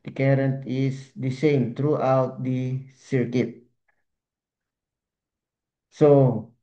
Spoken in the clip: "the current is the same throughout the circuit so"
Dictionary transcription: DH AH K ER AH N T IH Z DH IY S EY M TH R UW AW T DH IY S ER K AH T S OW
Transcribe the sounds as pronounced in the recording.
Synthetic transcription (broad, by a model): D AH K ER AH N T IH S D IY S EY M T R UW AW T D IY S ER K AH T S OW